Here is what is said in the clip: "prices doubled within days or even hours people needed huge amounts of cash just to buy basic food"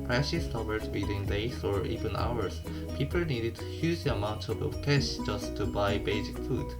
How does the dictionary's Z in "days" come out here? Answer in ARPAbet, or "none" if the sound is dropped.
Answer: S